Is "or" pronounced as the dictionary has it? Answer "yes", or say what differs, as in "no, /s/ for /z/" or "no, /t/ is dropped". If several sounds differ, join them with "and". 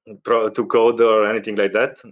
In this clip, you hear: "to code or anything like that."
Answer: yes